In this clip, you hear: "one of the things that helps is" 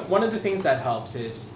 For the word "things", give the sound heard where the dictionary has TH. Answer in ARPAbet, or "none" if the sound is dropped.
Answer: TH